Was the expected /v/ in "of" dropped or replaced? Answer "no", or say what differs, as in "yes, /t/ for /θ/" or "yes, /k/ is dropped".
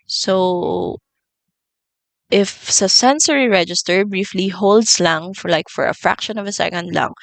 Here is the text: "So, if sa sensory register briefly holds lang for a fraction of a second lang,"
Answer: no